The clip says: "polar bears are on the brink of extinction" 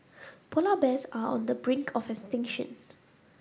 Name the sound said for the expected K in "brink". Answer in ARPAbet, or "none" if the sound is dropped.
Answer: K